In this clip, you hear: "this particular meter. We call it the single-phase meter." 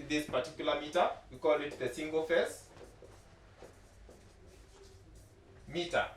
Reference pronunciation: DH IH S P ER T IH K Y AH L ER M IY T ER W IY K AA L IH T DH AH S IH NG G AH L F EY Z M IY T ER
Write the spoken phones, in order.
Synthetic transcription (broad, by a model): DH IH S P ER T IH K Y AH L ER M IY T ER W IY K AA L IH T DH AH S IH NG G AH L F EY S M IY T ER